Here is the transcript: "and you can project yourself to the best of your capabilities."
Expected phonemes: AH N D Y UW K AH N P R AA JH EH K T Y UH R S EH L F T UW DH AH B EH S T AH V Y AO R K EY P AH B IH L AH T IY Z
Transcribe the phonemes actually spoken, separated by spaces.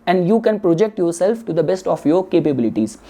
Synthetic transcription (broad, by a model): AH N D Y UW K AH N P R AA JH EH K T Y UH R S EH L F T UW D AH B EH S T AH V Y AO R K EY P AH B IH L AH T IY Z